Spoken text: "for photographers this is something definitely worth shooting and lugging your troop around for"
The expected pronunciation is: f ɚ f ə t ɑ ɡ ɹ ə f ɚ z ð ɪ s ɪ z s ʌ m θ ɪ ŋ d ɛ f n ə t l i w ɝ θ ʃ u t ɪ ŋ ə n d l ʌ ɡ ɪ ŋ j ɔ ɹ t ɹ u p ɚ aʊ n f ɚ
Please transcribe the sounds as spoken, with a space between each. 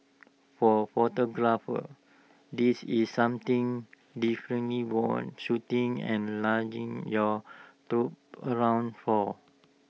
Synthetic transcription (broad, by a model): f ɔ f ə t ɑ ɡ ɹ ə f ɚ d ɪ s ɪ s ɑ m t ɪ ŋ d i f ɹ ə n l i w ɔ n ʃ u t ɪ ŋ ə n l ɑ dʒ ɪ ŋ j ɔ t ɹ u p ɚ aʊ n f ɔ